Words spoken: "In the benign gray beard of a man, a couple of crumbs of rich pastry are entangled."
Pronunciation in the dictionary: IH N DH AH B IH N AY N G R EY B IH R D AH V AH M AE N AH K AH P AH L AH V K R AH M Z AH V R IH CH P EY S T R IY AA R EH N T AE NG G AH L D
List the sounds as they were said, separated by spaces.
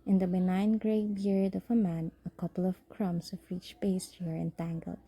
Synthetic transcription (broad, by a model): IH N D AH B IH N AY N G R EY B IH R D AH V AH M AE N AH K AH P AH L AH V K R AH M S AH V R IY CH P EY S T IY R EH N T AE NG G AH L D